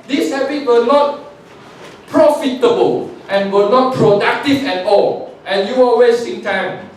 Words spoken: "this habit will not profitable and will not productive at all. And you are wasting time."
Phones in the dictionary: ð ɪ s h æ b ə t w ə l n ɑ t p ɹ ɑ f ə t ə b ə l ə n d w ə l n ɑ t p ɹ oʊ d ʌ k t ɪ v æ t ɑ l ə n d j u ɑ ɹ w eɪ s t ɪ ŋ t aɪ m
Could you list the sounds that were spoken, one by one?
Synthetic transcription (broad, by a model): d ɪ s h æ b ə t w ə n ɑ t p ɹ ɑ f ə t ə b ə l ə n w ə n ɑ t p ɹ oʊ d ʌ k t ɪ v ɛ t ɑ l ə n j u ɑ l w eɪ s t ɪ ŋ t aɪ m